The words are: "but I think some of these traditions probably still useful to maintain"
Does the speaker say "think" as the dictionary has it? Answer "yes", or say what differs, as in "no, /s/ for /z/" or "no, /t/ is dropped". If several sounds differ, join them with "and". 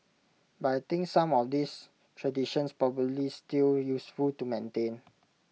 no, /t/ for /θ/